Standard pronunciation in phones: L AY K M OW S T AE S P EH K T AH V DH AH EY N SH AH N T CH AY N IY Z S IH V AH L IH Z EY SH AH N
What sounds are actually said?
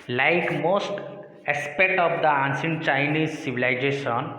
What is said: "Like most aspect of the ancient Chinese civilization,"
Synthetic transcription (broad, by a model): L AY K M OW S T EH S P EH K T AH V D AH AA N S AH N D CH AY N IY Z S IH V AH L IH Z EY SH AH N